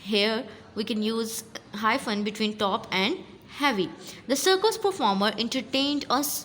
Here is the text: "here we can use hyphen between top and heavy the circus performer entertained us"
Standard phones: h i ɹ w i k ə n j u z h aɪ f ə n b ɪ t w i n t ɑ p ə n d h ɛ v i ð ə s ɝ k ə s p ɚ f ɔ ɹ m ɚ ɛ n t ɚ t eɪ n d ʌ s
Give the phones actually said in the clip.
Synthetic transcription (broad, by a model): h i ɹ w i k ə n j u z h aɪ f ə n b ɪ t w i n t ɑ p ə n d h ɛ v i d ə s ɝ k ə s p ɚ f ɔ ɹ m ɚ ɛ n t ɚ t eɪ n d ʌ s